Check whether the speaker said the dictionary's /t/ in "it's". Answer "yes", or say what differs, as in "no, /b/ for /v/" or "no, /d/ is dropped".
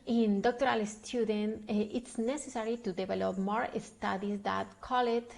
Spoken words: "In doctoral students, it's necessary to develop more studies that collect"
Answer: yes